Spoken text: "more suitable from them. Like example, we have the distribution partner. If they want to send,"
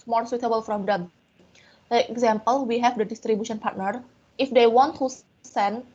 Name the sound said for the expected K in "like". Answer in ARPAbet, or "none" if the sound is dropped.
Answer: none